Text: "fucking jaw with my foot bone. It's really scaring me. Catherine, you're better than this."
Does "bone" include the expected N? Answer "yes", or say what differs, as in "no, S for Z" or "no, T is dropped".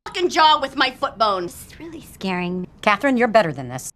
no, N is dropped